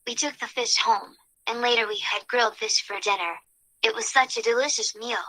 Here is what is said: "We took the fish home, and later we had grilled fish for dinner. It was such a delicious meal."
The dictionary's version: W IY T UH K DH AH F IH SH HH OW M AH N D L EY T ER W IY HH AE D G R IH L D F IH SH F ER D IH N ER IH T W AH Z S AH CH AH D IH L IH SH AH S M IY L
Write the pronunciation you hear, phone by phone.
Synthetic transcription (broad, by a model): W IY T UH K DH AH F IH SH HH OW M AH N L EY T ER W IY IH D G R IH L D F IH SH F ER D IH N ER IH T W AH Z S AH CH AH D IH L IH SH AH S M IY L